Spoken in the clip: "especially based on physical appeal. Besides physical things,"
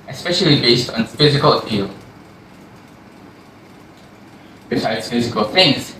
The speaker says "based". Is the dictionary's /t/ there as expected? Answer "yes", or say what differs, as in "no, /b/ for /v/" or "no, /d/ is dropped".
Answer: yes